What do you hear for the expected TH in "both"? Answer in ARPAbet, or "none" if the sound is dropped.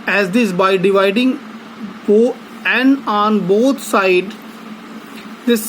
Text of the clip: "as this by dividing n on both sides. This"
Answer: T